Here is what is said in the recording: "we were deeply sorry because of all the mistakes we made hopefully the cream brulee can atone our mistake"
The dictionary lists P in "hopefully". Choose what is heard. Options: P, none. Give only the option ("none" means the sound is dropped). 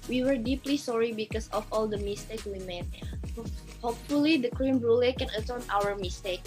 P